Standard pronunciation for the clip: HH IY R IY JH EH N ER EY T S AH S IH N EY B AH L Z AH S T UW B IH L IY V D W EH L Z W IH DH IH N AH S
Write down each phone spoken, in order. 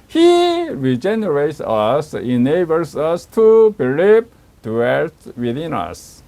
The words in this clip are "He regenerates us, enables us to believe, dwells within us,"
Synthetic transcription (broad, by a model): HH IY R IY JH EH N ER EY T S AH S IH N EY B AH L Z AH S T UW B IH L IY P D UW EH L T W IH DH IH N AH S